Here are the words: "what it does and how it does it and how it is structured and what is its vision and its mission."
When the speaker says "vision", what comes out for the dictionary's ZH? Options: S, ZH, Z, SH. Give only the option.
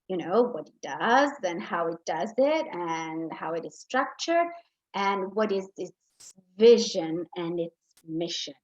ZH